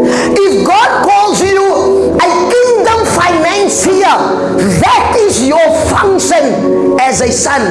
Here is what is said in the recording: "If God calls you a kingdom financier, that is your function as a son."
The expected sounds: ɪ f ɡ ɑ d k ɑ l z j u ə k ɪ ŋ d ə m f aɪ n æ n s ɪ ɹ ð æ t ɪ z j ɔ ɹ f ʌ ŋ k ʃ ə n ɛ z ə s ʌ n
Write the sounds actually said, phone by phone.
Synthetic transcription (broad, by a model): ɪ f ɡ ɑ d k ɑ l z j u ə k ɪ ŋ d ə m f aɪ n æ n s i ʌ ð æ t ɪ z j ɔ ɹ f ʌ ŋ k ʃ ə n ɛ z ə s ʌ n